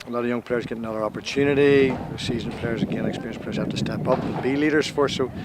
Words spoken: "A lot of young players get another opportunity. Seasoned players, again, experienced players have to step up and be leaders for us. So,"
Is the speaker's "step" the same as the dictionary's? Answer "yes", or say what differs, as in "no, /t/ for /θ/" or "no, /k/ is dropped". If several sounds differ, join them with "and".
yes